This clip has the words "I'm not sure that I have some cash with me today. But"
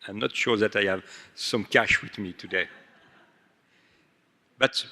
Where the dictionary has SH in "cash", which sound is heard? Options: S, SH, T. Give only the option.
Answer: SH